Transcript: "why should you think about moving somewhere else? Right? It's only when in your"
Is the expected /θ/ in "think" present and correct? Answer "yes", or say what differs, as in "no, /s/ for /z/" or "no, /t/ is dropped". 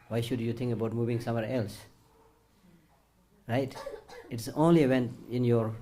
no, /t/ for /θ/